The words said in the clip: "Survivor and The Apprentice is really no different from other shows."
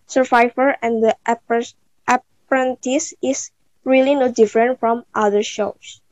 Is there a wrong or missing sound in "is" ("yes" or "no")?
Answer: yes